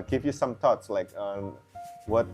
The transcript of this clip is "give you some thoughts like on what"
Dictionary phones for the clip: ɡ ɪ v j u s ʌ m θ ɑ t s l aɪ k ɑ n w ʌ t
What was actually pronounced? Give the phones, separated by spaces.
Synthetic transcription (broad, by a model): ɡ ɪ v j u s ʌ m t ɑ t s l aɪ k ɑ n w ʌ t